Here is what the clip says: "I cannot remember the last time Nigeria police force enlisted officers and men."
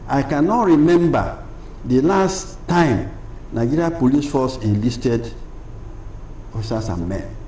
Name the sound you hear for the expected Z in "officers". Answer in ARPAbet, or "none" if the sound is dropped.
S